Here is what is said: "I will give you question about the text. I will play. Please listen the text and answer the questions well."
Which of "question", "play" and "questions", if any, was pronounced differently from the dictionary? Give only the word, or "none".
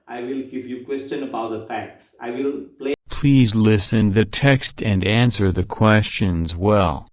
none